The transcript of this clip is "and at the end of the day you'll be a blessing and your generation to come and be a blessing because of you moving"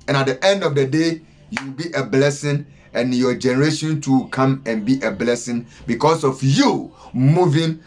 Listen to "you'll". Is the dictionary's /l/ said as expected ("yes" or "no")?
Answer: no